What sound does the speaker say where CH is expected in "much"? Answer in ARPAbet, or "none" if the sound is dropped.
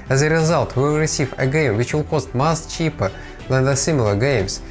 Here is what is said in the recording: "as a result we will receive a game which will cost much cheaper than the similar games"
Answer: S